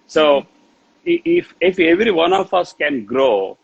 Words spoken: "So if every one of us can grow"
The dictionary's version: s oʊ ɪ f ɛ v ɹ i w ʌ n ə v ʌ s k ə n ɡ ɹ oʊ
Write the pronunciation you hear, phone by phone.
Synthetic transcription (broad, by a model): s oʊ ɪ f ɛ v ɹ i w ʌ n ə f ʌ s k ə n ɡ ɹ oʊ